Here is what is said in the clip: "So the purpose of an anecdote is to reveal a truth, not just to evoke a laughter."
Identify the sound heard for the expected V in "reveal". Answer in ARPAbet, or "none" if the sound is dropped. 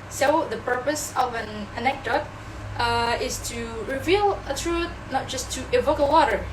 V